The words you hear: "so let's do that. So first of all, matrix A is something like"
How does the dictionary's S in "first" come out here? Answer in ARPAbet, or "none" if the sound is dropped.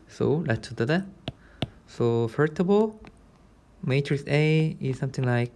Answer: none